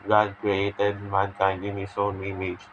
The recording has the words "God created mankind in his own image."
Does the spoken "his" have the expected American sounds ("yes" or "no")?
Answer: no